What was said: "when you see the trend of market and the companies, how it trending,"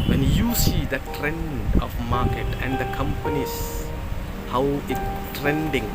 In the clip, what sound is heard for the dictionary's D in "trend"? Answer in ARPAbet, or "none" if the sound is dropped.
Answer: D